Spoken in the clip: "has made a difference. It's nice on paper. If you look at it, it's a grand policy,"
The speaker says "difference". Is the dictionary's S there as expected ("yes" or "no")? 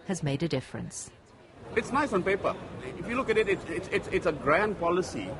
yes